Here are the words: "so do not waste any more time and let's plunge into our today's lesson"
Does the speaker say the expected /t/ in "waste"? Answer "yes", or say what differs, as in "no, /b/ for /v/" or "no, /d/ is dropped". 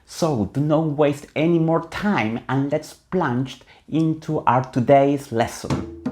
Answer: yes